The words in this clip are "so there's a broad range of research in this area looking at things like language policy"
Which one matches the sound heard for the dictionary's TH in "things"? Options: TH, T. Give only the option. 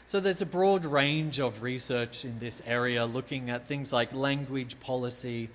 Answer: TH